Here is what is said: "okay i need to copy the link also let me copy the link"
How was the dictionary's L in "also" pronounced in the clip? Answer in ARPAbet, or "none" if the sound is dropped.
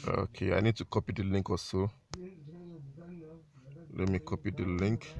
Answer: none